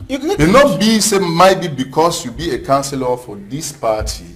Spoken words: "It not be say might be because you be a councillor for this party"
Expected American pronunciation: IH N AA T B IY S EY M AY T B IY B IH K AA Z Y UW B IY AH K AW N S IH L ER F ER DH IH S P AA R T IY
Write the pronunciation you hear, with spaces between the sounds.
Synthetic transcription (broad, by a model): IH N AA T B IY S EY M AY T B IY B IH K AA S Y UW B IY AH K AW N S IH L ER F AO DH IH S P AA T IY